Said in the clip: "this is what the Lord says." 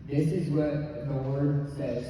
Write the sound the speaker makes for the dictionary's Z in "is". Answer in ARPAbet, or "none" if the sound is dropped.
Z